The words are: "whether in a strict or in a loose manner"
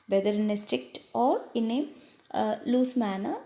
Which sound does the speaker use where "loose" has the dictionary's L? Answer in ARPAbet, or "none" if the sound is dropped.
L